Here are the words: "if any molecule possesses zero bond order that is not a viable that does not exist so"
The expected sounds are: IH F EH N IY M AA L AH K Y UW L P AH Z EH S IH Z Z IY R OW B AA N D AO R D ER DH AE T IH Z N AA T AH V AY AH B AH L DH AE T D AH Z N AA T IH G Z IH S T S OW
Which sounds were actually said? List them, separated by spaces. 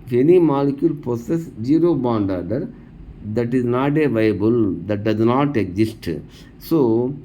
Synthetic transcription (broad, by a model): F EH N IY M AA L AH K Y UW L P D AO S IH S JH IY R OW B AA N D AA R D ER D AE T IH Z N AA T AH V AY AH B AH L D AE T D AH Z N AA T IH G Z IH S T S OW